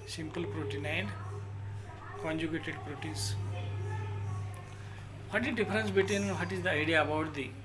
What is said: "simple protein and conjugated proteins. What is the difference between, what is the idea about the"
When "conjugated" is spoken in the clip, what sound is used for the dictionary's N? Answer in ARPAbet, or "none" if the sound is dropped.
N